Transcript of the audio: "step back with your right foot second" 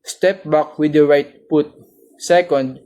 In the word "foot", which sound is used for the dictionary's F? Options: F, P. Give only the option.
P